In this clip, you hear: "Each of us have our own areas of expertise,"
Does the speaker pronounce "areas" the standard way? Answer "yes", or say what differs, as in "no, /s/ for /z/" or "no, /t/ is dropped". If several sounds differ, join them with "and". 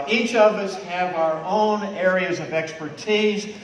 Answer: yes